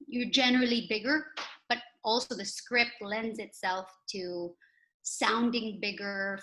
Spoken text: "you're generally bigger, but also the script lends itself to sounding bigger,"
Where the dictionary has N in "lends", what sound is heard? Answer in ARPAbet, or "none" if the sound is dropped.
N